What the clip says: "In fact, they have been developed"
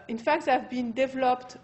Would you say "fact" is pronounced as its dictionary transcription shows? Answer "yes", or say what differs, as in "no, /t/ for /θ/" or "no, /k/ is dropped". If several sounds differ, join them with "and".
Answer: yes